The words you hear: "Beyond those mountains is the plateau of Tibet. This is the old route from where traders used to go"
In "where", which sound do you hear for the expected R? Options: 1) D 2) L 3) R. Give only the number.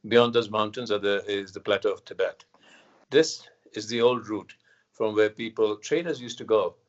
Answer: 2